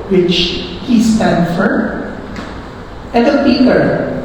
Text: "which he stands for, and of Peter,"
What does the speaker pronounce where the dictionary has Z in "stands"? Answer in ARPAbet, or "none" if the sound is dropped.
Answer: none